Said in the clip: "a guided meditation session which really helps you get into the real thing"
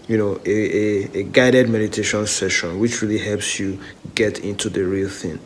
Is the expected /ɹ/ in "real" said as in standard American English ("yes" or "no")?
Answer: yes